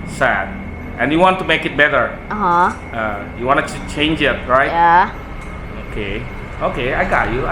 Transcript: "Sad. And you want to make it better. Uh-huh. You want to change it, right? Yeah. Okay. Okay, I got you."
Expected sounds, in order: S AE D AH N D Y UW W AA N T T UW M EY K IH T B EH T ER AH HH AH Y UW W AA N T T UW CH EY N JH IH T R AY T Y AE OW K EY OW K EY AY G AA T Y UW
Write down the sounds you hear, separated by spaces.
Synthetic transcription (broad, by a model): S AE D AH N Y UW W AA N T T UW M EY K IH T B EH T ER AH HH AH Y UW W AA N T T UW CH EY N JH IH T R AY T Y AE OW K EY OW K EY AY G AA T Y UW